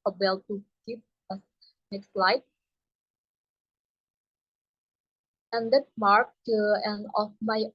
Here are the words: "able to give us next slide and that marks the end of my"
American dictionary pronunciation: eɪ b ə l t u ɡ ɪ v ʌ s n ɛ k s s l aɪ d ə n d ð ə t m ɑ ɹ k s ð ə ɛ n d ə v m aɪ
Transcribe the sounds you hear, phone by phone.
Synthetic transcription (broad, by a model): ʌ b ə l t u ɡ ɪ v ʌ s n ɛ k s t l aɪ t ə n d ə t m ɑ ɹ k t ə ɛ n ə f m aɪ